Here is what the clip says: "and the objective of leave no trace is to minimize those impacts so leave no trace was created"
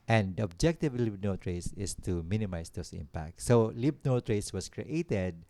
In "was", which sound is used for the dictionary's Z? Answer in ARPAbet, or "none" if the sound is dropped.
S